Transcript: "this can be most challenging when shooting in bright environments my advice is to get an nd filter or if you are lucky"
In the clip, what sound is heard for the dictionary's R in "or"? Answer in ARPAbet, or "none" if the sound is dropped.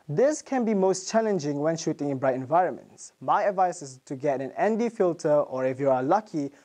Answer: R